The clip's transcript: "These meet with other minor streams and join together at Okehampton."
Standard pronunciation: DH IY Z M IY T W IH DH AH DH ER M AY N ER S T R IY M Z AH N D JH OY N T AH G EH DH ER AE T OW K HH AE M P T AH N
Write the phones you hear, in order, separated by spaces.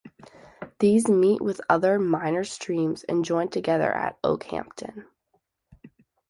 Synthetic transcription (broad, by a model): DH IY Z M IY T W IH DH AH DH ER M AY N ER S T R IY M Z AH N JH OY N T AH G EH DH ER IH T OW K HH AE M P T AH N